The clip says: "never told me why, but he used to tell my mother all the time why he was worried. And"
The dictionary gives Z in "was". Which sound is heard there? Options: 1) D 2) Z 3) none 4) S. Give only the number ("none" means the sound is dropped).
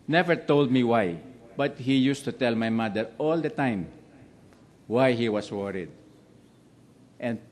4